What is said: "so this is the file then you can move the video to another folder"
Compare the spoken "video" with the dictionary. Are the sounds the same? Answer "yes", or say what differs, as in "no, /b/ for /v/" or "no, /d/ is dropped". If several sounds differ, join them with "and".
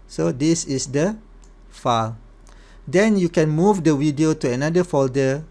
no, /w/ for /v/